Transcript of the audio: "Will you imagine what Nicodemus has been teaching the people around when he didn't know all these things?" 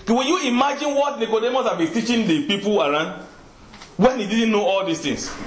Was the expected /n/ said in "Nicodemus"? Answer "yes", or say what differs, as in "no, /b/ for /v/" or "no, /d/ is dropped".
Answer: yes